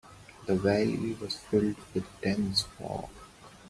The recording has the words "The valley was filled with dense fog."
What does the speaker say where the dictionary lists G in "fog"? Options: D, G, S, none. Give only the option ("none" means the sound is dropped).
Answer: none